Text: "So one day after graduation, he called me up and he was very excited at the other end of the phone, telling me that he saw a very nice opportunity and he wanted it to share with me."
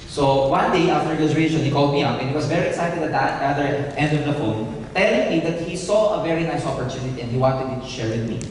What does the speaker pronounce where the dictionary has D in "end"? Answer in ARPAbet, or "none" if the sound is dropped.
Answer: D